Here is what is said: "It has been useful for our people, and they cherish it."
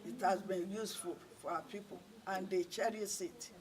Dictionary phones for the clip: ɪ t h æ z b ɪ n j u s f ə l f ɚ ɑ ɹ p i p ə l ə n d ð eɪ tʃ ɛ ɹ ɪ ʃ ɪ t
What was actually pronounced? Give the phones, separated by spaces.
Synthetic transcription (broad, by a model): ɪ t h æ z b ɪ n j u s f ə l f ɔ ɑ p i p ə l ə n d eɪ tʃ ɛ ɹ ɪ s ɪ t